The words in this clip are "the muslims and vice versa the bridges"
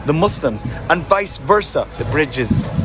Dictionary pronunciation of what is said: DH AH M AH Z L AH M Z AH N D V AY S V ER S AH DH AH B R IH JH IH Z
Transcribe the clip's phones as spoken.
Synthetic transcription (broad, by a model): DH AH M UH S L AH M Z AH N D V AY S V ER S AH DH AH B R IH JH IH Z